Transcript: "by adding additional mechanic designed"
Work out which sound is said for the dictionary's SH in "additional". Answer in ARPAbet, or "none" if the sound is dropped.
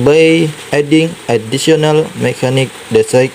S